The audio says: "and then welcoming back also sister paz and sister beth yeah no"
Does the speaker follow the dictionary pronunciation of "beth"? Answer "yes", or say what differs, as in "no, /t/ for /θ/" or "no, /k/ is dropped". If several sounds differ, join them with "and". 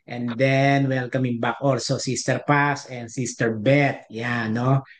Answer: no, /t/ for /θ/